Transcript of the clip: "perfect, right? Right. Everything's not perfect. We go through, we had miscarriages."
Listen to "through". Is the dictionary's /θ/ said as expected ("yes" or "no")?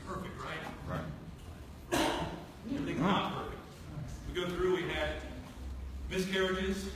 yes